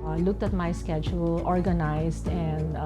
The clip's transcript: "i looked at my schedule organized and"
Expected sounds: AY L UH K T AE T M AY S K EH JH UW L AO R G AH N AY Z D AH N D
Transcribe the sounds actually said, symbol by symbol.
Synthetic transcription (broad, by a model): L UH K T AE T M AY S K EH JH UW L AO R G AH N AY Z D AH N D